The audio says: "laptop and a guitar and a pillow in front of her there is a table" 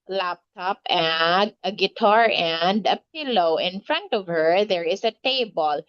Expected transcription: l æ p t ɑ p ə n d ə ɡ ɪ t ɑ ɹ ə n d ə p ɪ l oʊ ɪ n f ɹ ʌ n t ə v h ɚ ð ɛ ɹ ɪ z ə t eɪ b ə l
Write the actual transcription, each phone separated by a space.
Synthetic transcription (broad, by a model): l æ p t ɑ p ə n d ə ɡ ɪ t ɑ ɹ ə n d ə p ɪ l oʊ ɪ n f ɹ ʌ n t ə v h ɚ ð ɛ ɹ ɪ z ə t eɪ b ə l